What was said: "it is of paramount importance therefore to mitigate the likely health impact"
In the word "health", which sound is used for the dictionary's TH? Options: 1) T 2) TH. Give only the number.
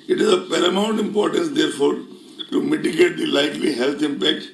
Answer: 1